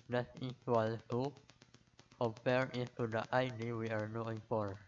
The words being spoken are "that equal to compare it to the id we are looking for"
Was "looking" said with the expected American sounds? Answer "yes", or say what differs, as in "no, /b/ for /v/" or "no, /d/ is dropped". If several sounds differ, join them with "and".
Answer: no, /n/ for /l/ and /k/ is dropped